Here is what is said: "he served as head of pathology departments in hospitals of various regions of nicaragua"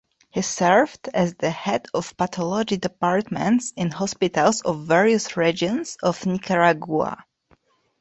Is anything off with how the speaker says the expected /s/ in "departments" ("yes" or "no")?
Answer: no